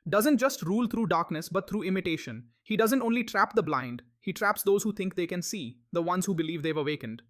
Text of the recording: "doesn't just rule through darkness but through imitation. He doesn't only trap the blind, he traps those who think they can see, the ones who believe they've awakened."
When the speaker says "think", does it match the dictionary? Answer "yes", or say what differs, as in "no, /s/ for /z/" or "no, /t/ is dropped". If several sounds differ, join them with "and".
no, /t/ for /θ/